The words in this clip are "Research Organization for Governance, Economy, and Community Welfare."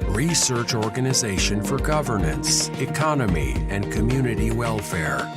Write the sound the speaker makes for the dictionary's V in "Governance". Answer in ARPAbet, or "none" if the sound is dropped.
V